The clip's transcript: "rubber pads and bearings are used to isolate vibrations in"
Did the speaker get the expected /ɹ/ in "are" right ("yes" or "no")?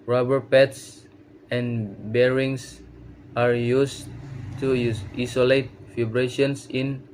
yes